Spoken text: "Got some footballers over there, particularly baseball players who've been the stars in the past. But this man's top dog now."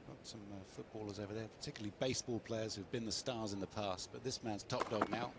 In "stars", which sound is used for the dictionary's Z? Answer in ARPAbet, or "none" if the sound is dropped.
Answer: Z